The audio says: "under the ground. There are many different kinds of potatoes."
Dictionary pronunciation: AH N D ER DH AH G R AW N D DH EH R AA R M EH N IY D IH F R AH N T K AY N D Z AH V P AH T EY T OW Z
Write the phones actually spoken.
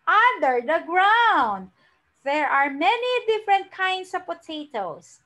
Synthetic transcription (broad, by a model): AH N D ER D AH G R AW N D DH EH R AA R M EH N IY D IH F R AH N T K AY N D S AH V P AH T EY T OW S